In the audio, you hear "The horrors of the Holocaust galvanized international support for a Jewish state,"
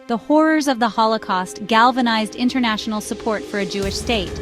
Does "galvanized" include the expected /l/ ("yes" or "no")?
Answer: yes